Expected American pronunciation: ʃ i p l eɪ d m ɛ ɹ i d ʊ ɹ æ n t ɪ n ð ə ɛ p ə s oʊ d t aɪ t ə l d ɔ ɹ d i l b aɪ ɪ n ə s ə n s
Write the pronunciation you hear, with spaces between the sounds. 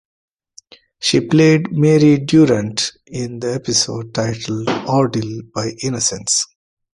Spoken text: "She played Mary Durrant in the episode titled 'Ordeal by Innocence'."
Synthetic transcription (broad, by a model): ʃ i p l eɪ d m ɛ ɹ i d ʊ ɹ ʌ n t ɪ n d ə ɛ p ə s oʊ d t aɪ t ə l d ɔ ɹ d i l b aɪ ɪ n ə s ə n s